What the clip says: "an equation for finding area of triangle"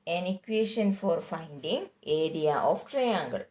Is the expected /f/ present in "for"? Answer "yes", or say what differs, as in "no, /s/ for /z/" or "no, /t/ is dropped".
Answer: yes